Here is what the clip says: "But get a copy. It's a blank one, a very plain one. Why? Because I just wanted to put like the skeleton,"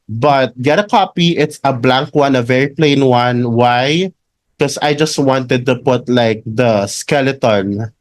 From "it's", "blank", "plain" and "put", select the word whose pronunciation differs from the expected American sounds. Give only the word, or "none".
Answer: none